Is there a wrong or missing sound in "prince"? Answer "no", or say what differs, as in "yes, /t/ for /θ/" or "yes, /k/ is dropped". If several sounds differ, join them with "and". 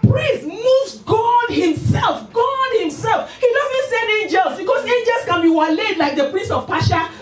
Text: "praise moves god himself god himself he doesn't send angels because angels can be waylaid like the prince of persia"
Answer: yes, /n/ is dropped